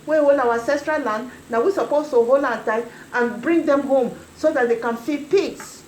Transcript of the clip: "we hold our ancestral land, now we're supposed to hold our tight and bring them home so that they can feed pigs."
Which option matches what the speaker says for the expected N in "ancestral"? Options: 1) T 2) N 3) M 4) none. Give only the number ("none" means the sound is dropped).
4